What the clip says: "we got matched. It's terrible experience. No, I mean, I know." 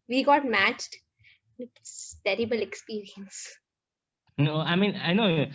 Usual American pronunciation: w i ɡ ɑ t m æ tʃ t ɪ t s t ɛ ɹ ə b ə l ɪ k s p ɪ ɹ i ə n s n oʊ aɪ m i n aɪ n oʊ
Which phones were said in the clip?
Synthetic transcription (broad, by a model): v i ɡ ɑ t m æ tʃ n ɪ t s t ɛ ɹ ə b ə l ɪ k s p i ɹ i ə n s n oʊ aɪ m i n aɪ n oʊ